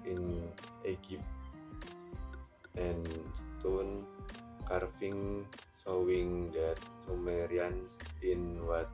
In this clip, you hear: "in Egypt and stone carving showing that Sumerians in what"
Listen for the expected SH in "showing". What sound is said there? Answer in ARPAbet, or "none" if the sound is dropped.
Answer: S